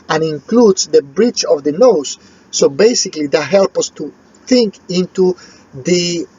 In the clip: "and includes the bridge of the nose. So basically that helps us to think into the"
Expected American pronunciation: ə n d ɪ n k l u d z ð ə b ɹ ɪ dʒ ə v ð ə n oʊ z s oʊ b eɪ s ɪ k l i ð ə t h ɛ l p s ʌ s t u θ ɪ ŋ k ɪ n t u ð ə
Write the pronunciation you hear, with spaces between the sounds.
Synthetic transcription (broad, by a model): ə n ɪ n k l u d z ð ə b ɹ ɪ tʃ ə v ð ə n oʊ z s oʊ b eɪ s ɪ k l i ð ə t h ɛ l p ʌ s t u θ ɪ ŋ k ɪ n t u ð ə